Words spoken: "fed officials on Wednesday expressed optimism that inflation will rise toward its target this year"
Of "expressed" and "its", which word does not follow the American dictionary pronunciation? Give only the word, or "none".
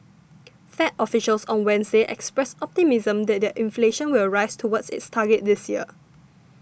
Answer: expressed